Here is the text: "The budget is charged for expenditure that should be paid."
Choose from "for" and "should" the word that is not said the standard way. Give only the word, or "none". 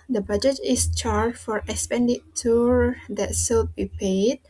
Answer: should